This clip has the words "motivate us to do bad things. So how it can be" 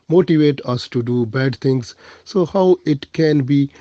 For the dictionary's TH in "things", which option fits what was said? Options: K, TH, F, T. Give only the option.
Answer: T